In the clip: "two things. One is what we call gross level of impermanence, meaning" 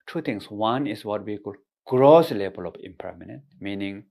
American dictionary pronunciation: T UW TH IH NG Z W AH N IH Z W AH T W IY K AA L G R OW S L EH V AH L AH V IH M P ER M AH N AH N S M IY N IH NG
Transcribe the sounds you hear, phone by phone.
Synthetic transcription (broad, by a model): T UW T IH NG S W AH N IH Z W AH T W IY K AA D G R OW S L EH B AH L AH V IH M P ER M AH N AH N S M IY N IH NG